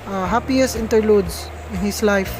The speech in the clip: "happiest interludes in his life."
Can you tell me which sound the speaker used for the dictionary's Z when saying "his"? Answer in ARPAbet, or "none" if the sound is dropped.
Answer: S